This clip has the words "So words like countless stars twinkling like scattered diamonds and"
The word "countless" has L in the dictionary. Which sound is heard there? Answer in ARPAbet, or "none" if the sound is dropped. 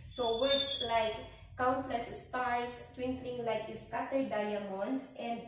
L